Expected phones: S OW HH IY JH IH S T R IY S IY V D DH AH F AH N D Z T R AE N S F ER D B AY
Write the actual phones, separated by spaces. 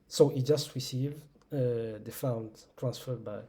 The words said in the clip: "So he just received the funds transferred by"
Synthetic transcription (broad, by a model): S OW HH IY JH IH S T R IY S IY V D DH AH F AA N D T R AE N S F ER D B AY